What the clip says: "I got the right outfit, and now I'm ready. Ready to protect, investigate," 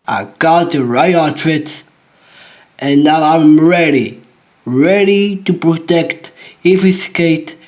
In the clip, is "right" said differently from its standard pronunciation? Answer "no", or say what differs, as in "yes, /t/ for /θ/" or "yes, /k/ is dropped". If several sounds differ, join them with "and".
yes, /t/ is dropped